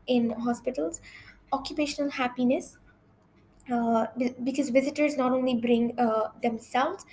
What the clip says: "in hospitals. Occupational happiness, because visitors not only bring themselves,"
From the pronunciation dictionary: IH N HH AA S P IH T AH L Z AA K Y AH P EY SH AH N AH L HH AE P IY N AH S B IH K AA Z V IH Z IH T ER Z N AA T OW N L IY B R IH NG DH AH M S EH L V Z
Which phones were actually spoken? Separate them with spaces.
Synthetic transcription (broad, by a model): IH N HH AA S P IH T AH L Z AA K Y AH P EY SH AH N AH L HH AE P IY N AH S B IH K AA Z V IH Z IH T ER Z N AA T OW N L IY B R IH NG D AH M S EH L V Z